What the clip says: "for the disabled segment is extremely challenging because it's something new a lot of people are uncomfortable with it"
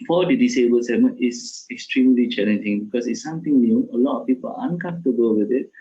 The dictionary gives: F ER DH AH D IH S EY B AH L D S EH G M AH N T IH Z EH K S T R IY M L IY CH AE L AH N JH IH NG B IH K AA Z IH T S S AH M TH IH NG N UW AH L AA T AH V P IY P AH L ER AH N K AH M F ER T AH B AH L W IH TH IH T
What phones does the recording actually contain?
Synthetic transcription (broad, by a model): F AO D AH D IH S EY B AH L S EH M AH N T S EH K S T R IY M L IY CH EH L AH N JH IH NG B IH K AA S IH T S S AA M T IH NG N UW AH L AA T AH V P IY P AH L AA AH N K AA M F T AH B AH L W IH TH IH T